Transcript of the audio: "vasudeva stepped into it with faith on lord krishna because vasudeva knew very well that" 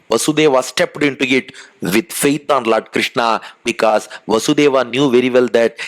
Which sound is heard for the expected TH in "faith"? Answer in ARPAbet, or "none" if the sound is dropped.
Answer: T